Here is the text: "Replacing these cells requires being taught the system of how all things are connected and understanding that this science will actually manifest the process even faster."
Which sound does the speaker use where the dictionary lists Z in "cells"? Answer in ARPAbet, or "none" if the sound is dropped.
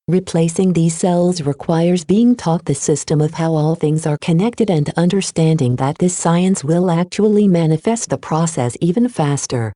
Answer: Z